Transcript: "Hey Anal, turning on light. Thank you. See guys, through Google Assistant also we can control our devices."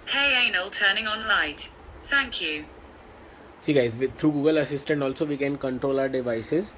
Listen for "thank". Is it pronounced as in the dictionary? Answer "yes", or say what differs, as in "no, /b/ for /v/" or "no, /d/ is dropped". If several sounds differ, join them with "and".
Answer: yes